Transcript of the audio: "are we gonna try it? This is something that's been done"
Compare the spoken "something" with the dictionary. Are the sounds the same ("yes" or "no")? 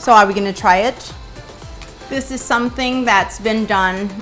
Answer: yes